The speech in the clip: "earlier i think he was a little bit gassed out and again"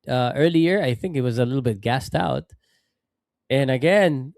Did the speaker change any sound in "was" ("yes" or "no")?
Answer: no